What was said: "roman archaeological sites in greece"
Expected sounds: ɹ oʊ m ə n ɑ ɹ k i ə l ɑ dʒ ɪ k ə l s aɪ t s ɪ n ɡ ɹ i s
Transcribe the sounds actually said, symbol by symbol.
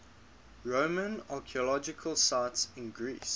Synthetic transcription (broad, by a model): ɹ oʊ m ə n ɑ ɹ k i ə l ɑ dʒ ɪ k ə l s aɪ t s ɪ n ɡ ɹ i s